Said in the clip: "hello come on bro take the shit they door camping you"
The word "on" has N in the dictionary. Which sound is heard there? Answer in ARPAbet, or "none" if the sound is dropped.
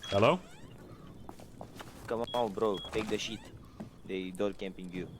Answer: L